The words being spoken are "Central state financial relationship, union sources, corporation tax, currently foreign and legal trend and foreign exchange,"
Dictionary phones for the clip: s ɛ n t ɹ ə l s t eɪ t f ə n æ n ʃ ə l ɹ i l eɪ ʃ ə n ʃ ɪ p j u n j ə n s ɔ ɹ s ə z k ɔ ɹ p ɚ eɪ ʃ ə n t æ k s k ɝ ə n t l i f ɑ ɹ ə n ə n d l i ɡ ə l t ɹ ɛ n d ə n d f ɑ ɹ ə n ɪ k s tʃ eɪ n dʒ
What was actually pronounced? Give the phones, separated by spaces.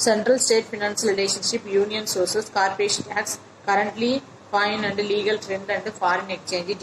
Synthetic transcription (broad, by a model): s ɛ n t ɹ ə l s t eɪ t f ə n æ n s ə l ɹ i l eɪ ʃ ə n ʃ ɪ p j u n j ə n s ɔ ɹ s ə s k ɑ ɹ p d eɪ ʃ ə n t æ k s k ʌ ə n t l i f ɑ ə n ə n d l i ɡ ə l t ɹ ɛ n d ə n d f ɑ ɹ ə n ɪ k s tʃ eɪ n dʒ